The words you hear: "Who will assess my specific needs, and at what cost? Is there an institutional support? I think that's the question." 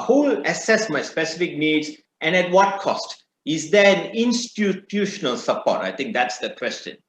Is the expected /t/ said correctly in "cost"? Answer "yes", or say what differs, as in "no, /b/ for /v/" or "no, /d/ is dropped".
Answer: yes